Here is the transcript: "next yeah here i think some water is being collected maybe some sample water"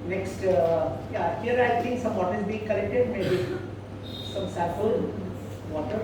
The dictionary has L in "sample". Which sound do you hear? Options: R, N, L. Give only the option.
N